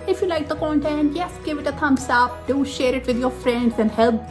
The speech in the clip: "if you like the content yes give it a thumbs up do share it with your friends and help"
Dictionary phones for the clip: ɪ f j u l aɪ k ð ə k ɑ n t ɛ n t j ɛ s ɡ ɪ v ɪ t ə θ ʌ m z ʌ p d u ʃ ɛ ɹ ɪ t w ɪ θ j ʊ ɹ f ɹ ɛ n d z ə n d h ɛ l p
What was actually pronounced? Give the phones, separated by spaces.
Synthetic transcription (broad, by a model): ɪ f j u l aɪ k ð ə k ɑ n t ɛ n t j ɛ s ɡ ɪ v ɪ t ə t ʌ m s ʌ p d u ʃ ɛ ɹ ɪ t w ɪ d j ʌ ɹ f ɹ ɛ n d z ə n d h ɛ l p